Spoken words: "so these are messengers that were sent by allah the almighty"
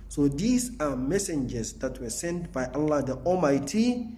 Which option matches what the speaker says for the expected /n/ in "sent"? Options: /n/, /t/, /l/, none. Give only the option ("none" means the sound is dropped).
/n/